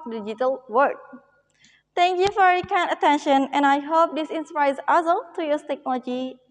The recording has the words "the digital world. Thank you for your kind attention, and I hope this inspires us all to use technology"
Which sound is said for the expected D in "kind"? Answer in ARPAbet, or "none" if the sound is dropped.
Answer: none